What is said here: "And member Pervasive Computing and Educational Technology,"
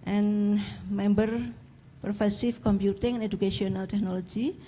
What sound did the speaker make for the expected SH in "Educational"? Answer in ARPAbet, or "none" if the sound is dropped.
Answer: none